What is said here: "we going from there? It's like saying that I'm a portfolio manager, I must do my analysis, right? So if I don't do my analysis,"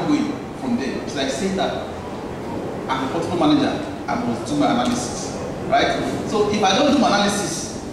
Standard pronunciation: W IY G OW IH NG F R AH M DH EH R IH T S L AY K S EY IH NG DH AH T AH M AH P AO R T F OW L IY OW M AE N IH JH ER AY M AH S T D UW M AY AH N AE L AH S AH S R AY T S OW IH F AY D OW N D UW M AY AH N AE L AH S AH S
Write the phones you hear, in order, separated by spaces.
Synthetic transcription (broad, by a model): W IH F R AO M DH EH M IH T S L AY K S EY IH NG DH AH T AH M AH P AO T OW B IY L M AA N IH JH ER AY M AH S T D UW M AY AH N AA L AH S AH S R AY T S OW IH F AY D OW N D UW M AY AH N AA L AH S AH S